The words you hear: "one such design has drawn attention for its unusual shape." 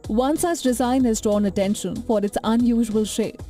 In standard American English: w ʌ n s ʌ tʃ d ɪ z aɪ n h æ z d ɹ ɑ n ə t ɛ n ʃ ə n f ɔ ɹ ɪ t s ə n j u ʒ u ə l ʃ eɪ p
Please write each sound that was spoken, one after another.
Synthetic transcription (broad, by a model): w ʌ n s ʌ s d ɪ z aɪ n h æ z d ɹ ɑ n ə t ɛ n ʃ ə n f ɔ ɹ ɪ t s ə n j u ʒ u ə l ʃ eɪ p